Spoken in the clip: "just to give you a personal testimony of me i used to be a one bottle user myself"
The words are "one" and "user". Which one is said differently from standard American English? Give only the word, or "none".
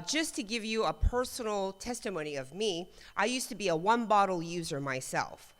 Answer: none